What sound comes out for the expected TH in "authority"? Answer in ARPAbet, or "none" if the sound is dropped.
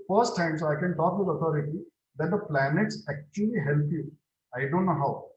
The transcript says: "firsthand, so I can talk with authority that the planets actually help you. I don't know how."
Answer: T